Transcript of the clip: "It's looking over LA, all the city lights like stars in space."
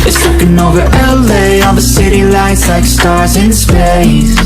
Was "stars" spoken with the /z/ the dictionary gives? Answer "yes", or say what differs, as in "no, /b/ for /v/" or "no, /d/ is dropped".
yes